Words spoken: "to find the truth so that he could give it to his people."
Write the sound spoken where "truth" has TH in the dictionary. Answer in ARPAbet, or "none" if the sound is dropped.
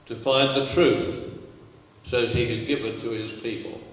TH